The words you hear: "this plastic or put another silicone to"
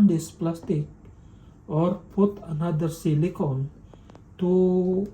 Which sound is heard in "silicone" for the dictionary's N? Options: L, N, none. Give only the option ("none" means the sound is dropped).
L